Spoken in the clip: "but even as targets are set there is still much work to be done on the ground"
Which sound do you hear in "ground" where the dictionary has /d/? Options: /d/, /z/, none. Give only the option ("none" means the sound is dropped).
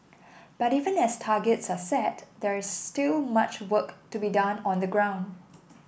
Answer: /d/